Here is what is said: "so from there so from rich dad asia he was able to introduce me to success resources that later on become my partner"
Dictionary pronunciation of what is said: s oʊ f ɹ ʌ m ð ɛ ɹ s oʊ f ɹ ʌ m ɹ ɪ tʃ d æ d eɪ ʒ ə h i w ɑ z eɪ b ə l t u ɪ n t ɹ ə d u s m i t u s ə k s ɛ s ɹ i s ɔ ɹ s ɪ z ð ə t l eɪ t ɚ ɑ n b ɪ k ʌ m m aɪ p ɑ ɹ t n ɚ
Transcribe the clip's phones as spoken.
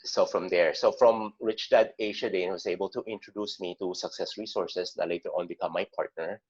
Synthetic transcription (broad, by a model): s oʊ f ɹ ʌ m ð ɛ ɹ s oʊ f ɹ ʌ m ɹ ɪ tʃ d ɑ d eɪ ʃ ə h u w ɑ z eɪ b ə l t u ɪ n t ɹ ə d u s m i t u s ə k s ɛ s ɹ i s ɔ ɹ s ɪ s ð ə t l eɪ t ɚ ɑ n b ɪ k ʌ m m aɪ p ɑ ɹ t n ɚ